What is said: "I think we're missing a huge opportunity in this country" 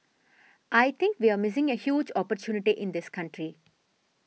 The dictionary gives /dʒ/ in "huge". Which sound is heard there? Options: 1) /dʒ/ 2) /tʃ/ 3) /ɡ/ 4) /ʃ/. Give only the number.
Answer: 1